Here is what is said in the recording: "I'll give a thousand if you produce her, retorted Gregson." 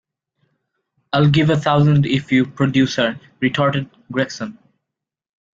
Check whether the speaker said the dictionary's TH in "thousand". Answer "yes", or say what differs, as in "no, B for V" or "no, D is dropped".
no, T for TH